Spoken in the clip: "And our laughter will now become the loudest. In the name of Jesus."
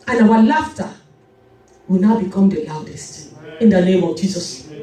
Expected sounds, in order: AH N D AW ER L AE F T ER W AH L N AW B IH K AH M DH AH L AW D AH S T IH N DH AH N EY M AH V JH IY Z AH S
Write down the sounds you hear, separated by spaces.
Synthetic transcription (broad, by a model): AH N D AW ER L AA F T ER W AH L N AW B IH K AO M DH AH L AW D AH S T IH N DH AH N EY M AH V JH IY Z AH S